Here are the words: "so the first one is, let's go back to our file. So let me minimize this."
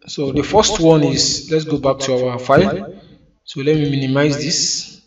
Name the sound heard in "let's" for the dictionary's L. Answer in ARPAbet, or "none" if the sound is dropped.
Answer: L